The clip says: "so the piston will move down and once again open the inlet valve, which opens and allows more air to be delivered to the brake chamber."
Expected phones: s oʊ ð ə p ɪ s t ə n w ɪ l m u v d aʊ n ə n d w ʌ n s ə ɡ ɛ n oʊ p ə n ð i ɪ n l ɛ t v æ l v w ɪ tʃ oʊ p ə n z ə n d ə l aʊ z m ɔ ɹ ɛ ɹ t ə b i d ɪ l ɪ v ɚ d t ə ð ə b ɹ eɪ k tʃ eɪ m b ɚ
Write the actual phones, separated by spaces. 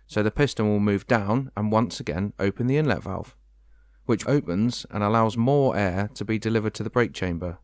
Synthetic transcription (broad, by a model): s oʊ ð ə p ɪ s t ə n w ɪ l m u v d aʊ n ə n w ʌ n s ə ɡ ɛ n oʊ p ə n ð i ɪ n l ɛ t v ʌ l f w ɪ tʃ oʊ p ə n z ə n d ə l aʊ z m ɔ ɹ ɛ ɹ t ə b i d ɪ l ɪ v ɚ d t ə ð ə b ɹ eɪ k tʃ eɪ m b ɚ